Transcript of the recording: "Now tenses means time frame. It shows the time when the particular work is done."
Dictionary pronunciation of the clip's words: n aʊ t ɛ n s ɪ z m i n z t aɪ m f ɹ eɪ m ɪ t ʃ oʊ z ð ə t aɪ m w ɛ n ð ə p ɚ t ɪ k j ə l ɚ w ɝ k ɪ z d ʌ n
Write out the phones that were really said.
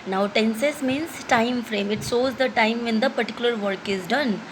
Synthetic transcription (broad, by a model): n aʊ t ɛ n s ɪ s m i n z t aɪ m f ɹ eɪ m ɪ t s oʊ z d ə t aɪ m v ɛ n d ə p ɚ t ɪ k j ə l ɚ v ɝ k ɪ z d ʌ n